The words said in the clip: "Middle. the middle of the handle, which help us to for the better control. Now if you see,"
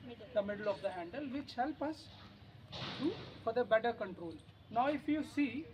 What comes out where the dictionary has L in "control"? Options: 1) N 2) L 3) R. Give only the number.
2